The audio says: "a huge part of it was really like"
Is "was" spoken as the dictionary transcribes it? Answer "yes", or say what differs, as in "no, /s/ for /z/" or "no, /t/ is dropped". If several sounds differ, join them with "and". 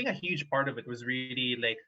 yes